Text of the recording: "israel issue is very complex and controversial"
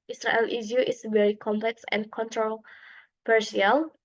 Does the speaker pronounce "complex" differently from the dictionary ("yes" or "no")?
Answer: no